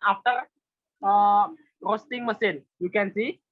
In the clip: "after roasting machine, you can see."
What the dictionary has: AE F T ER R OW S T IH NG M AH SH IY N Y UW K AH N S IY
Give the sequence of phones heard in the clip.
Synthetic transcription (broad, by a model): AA F T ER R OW S T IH NG M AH S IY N Y UW K AH N S IY